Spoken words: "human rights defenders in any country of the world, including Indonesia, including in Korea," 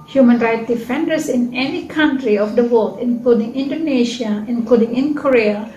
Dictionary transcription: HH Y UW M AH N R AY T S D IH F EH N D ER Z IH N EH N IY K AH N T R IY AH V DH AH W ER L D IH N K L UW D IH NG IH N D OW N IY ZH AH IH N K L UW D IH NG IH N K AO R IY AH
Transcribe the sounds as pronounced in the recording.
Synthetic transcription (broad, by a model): HH Y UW M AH N R AY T D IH F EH N D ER S IH N EH N IY K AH N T R IY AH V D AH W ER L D IH N K L UW D IH NG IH N D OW N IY SH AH IH N K L UW D IH NG IH N K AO R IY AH